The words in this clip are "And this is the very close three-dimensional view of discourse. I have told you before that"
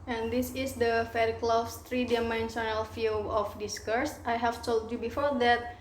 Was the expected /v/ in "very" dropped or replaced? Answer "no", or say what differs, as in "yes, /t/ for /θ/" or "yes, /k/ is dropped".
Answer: yes, /f/ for /v/